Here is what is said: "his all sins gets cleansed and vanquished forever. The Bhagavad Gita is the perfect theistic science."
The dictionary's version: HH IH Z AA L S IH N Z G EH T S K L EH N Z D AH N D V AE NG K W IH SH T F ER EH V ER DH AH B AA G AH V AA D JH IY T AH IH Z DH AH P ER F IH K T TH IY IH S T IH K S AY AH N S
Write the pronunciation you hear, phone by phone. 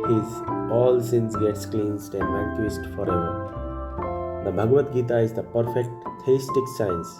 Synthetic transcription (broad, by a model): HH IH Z AA L S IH N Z G EH T S K L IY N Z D AH N D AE K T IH S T F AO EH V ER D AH B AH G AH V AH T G IY T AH IH Z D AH P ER F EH K T T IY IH S T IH K S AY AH N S